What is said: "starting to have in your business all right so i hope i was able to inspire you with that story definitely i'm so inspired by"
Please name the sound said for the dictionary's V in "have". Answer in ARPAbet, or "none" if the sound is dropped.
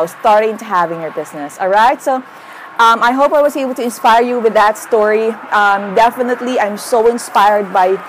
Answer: V